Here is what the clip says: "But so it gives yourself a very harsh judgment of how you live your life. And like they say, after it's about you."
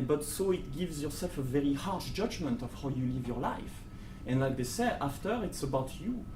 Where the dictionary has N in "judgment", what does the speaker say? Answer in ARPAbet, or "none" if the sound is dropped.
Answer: N